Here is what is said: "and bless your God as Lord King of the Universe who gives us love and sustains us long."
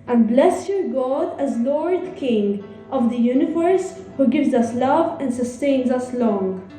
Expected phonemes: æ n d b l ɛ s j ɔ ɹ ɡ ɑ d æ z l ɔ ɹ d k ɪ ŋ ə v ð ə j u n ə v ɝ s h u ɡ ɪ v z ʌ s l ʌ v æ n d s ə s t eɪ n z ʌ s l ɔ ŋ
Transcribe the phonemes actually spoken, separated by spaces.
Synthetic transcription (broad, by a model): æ n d b l ɛ s j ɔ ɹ ɡ ɑ d æ z l ɔ ɹ d k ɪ ŋ ə v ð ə j u n ə v ɝ s h u ɡ ɪ v z ʌ s l ʌ v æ n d s ə s t eɪ n z ʌ s l ɔ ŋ